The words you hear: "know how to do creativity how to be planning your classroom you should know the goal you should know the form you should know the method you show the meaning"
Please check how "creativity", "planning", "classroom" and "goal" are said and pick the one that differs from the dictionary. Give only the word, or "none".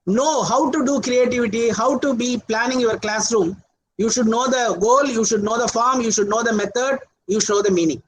none